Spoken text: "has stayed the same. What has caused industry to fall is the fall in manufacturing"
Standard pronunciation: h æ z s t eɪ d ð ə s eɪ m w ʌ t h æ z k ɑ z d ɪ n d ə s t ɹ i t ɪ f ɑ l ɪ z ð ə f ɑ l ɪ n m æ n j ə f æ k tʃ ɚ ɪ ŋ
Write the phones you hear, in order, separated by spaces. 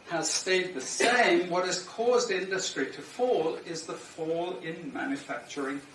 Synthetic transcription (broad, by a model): h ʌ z s t eɪ d ð ə s eɪ m w ʌ t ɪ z k ɑ z d ɪ n d ə s t ɹ i t ɪ f ɑ l ɪ z ð ə f ɑ l ɪ n m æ n j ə f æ k tʃ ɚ ɪ ŋ